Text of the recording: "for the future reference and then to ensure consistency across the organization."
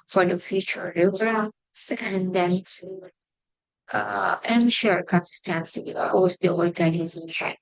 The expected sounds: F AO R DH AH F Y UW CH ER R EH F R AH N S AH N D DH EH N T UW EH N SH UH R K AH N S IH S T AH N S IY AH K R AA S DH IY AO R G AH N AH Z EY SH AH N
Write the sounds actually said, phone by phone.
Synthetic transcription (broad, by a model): F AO R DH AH F Y UW CH ER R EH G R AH S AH N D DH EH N T UW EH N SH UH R K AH N S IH S T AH N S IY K AA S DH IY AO R G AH N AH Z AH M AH